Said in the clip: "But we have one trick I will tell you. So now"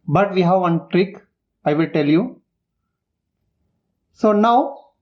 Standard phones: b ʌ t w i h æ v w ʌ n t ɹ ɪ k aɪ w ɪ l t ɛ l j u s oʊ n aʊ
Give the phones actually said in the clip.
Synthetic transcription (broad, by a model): b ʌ t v i h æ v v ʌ n t ɹ ɪ k aɪ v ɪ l t ɛ l j u s oʊ n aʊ